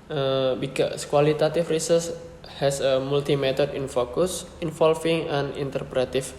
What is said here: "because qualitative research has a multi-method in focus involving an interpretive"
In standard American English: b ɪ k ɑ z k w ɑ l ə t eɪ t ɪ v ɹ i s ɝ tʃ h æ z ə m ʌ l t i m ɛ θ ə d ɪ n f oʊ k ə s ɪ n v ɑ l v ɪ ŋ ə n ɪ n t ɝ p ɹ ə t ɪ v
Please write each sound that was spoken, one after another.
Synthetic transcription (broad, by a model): b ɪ k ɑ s k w ɑ l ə t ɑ t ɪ f ɹ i s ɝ s h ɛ s ə m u l t i m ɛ t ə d ɪ n f oʊ k ə s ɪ n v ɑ l f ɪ ŋ ə n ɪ n t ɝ p ɹ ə t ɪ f